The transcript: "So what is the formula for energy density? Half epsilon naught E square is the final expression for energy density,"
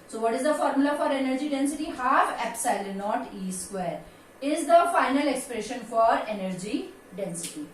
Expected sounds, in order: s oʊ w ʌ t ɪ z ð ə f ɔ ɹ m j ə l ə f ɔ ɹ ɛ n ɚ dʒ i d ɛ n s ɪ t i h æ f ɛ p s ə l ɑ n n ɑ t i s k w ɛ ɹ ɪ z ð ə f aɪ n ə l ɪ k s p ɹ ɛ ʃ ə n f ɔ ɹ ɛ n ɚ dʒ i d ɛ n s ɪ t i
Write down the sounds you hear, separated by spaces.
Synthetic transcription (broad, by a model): s oʊ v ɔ t ɪ z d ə f ɔ ɹ m j ə l ə f ɔ ɹ ɛ n ɚ dʒ i d ɛ n s ɪ t i h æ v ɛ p s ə ɪ l n ɑ t i s k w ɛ ɹ ɪ z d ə f aɪ n ə l ɪ k s p ɹ ɛ ʃ ə n f ɔ ɹ ɛ n ɚ dʒ i d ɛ n s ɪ t i